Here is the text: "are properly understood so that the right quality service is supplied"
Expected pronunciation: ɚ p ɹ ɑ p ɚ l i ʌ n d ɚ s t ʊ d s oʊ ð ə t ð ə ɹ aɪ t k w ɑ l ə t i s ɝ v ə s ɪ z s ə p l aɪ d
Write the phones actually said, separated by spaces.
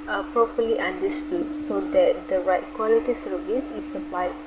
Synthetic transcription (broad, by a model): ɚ p ɹ ɑ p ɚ l i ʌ n d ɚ s t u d s oʊ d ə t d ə ɹ aɪ t k w ɑ l ə t i s ɝ v ə s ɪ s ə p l aɪ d